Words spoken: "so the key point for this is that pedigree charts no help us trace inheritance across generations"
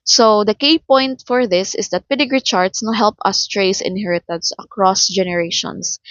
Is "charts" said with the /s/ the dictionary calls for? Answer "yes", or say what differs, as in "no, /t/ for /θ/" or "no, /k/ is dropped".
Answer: yes